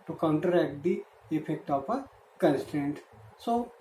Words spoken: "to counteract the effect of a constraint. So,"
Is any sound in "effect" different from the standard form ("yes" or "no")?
yes